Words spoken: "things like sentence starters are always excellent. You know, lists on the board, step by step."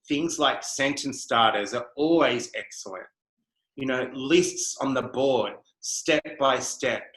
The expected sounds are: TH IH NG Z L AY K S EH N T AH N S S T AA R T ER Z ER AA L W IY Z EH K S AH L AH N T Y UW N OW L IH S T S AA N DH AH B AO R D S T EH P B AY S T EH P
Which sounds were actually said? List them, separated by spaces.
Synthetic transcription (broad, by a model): TH IH NG Z L AY K S EH N T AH N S S T AA R T ER Z ER AA L W IY Z EH K S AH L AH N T Y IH N OW L IH S T S N DH AH B AO R D S T EH P B AY S T EH P